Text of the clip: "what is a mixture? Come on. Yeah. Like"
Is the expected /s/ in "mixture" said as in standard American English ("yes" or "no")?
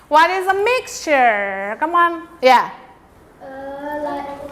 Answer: yes